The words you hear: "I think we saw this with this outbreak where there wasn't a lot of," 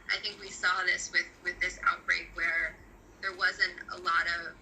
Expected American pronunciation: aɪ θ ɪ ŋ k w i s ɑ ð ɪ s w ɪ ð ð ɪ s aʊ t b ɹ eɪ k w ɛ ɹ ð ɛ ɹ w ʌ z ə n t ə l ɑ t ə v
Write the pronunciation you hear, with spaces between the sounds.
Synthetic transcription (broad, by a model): aɪ θ ɪ ŋ k w i s ɑ ð ɪ s w ɪ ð ð ɪ s aʊ t b ɹ eɪ k w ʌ ɹ ð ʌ ɹ w ʌ z ə n t ə l ɑ t ə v